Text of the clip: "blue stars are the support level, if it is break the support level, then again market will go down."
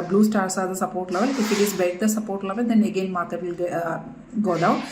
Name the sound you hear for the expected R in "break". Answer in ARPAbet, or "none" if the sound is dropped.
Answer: none